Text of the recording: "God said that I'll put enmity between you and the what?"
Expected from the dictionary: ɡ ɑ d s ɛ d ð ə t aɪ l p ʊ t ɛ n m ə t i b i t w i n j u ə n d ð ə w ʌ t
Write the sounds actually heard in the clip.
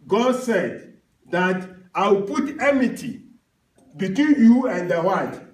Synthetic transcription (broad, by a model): ɡ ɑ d s ɛ d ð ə t aɪ w p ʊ t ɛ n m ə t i b i t w i n j u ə n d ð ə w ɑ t